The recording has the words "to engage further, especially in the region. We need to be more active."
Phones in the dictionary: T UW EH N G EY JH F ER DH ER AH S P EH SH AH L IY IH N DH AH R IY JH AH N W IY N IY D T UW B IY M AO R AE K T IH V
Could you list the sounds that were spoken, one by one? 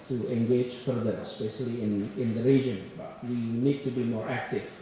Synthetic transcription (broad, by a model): T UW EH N G EY JH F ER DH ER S B EH S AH L IY IH N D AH R IY JH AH N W IY N IY D T UW B IY M AO R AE K T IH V